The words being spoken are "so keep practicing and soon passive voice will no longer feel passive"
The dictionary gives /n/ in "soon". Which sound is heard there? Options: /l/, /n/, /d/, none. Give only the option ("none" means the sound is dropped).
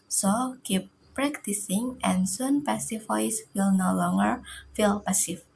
/n/